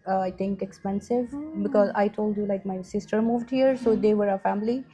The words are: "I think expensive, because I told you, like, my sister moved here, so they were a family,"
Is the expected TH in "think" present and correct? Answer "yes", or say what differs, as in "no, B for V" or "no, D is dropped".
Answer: no, T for TH